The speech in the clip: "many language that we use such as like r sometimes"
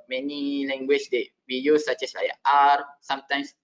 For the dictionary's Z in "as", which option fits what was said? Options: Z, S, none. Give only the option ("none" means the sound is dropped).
S